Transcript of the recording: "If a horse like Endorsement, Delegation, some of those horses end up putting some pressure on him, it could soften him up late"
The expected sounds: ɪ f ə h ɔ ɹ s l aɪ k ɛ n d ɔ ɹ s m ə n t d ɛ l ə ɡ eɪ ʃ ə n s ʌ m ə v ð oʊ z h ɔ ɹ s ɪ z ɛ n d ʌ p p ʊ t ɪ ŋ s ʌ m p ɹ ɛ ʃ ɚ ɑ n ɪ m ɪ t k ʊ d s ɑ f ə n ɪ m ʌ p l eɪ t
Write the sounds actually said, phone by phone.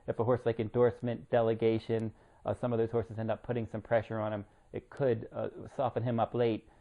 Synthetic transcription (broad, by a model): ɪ f ə h ɔ ɹ s l aɪ k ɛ n d ɔ ɹ s m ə n d ɛ l ə ɡ eɪ ʃ ə n s ʌ m ə v ð oʊ z h ɔ ɹ s ɪ z ɛ n d ʌ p p ʊ t ɪ ŋ s ʌ m p ɹ ɛ ʃ ɚ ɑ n ɪ m ɪ t k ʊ d s ɑ f ə n ɪ m ʌ p l eɪ t